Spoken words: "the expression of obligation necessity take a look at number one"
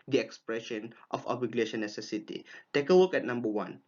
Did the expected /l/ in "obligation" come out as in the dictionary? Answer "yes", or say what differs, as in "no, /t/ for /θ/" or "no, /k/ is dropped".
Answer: no, /l/ is dropped